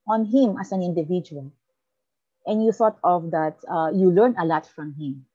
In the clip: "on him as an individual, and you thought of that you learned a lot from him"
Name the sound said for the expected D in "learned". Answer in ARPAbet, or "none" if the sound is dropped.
none